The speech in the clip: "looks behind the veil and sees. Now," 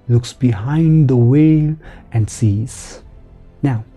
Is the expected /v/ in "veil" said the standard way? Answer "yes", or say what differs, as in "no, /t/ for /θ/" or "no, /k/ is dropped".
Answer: no, /w/ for /v/